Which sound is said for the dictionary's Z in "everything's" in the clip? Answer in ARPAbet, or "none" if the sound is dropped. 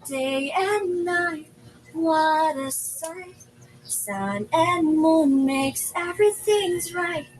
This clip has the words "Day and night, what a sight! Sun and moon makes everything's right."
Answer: Z